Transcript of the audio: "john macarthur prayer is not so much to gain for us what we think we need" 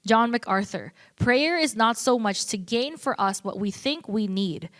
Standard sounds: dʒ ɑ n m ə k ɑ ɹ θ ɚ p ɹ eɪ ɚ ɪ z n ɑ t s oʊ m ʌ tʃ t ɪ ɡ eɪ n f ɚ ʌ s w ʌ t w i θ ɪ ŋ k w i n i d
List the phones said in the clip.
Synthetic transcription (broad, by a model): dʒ ɑ n m ə k ɑ ɹ θ ɚ p ɹ eɪ ɚ ɪ z n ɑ t s oʊ m ʌ tʃ t ɪ ɡ eɪ n f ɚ ʌ s w ʌ t w i θ ɪ ŋ k w i n i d